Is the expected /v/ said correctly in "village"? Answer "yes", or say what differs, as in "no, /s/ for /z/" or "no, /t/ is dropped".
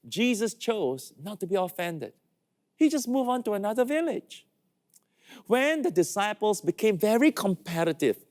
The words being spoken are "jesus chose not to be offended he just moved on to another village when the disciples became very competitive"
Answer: yes